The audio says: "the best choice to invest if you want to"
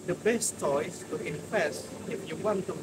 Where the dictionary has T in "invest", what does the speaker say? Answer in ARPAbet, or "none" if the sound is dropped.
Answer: none